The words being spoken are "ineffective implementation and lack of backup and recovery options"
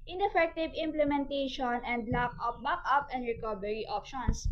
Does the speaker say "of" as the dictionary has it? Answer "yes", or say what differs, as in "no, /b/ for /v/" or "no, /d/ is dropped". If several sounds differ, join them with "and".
no, /p/ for /v/